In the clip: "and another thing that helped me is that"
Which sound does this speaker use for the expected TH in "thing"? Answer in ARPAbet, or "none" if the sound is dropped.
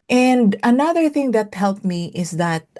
TH